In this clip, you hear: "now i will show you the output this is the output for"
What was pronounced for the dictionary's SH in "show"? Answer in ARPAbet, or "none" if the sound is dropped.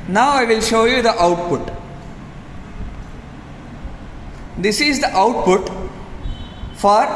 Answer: SH